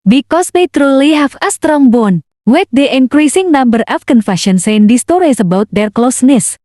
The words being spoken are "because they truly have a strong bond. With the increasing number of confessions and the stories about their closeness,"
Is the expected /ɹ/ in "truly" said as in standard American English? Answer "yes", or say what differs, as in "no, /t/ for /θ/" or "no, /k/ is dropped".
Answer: yes